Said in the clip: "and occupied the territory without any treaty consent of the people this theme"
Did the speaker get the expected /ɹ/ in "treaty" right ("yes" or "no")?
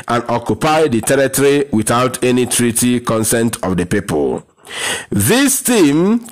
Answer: yes